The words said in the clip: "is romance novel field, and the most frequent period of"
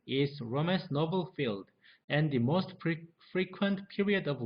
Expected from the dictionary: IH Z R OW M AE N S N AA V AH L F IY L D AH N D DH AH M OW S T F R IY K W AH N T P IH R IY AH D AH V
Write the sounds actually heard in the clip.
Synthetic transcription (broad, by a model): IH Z R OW M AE S N AA V AH L F IY L D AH N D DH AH M OW S T F R IY K W AH N T P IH R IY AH D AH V